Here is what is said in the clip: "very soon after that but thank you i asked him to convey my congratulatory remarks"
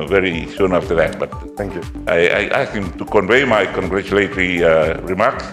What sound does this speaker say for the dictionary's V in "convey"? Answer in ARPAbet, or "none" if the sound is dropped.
V